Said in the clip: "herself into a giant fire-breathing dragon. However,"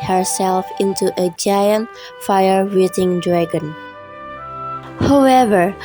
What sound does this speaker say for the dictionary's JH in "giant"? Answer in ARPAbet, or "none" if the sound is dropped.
JH